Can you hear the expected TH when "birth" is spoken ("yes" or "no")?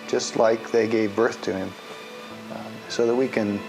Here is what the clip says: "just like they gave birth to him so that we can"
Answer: yes